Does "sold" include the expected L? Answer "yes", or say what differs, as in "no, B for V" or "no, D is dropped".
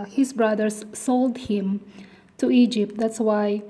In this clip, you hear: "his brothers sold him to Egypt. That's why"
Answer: yes